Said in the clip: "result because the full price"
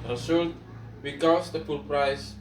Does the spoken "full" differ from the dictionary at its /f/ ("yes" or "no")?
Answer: yes